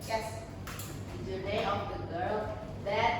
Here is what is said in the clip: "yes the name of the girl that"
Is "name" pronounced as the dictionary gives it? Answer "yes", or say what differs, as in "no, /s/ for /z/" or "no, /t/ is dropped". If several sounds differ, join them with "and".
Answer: no, /m/ is dropped